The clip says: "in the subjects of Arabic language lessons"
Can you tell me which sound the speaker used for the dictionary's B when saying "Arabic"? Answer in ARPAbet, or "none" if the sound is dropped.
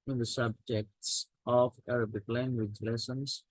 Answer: B